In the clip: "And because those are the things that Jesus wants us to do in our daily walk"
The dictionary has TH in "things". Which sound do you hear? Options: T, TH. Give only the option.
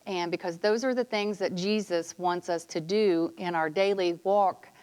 TH